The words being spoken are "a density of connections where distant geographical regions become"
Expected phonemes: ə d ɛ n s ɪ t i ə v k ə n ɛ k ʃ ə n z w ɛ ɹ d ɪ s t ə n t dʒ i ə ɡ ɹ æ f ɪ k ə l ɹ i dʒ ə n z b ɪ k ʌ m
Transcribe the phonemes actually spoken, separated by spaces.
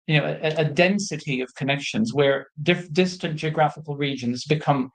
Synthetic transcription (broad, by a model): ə d ɛ n s ɪ t i ə v k ə n ɛ k ʃ ə n z w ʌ ɹ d ɪ s t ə n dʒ i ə ɡ ɹ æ f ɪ k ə l ɹ i dʒ ə n z b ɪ k ʌ m